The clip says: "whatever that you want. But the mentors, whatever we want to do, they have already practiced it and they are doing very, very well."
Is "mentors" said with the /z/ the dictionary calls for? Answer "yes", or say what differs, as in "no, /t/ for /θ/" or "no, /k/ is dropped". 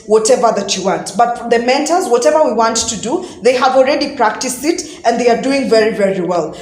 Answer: yes